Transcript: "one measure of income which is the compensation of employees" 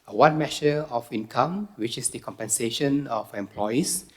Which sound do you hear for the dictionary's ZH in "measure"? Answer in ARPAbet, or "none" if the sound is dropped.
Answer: SH